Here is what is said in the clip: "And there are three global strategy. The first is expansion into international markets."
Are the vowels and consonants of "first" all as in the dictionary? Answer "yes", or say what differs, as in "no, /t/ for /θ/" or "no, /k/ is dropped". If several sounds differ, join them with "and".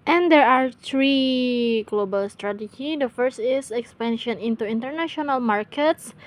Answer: yes